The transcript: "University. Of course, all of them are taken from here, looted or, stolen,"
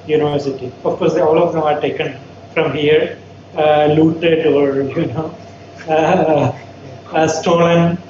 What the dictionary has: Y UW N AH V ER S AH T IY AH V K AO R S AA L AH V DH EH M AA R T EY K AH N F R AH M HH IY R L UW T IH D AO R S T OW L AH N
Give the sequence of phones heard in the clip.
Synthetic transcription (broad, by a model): Y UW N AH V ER S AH T IY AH F K AO R S AA L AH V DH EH M AA R T EY K AH N F R AH M HH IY R L UW T IH D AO R S T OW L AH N